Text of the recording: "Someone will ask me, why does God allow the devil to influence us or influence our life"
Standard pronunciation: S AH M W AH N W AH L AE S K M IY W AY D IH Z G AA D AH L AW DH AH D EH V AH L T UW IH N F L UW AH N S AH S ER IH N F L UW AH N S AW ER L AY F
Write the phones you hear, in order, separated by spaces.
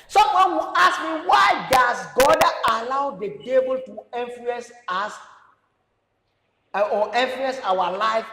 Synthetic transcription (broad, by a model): S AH M W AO N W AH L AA S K M IY W AY D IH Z G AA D AH L AW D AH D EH B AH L T UW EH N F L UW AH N S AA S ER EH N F L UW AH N S AW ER L AY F